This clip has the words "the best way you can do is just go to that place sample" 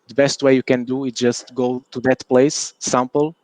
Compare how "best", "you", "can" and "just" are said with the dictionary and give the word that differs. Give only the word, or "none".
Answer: none